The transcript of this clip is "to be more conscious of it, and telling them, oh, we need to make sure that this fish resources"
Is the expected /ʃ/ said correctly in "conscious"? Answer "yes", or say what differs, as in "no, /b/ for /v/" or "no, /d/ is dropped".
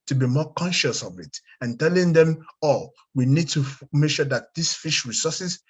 yes